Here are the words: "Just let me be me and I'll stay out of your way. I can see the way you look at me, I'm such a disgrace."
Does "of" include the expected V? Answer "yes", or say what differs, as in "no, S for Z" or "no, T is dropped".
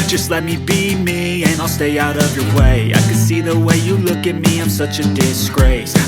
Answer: yes